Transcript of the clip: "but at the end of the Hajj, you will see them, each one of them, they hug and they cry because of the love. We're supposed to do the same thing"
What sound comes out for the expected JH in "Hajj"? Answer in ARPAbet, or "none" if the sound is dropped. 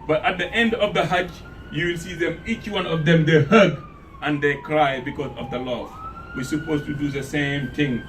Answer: CH